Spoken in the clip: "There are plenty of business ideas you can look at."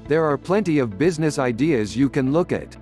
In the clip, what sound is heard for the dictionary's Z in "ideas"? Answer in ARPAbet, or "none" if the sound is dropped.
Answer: Z